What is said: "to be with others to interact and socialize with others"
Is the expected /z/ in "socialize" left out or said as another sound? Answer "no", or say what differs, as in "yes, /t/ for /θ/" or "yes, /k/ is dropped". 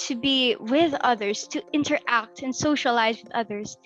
no